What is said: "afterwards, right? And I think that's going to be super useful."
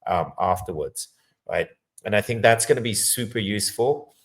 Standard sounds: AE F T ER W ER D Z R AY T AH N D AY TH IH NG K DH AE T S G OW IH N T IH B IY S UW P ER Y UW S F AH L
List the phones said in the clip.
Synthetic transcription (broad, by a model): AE F T ER W ER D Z R AY T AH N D AY TH IH NG K DH AE T S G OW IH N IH B IY S UW P ER Y UW S F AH L